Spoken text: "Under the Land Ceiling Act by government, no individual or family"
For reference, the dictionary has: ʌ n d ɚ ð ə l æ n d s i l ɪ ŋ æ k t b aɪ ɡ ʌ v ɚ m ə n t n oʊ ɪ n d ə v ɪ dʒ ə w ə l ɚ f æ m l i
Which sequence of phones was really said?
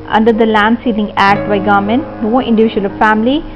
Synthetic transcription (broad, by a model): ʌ n d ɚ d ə l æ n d s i n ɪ ŋ æ k t b aɪ ɡ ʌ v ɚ m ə n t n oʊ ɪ n d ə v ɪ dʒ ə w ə l f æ m l i